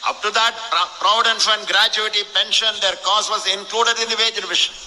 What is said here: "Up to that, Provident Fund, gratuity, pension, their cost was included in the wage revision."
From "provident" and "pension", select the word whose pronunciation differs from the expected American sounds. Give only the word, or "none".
provident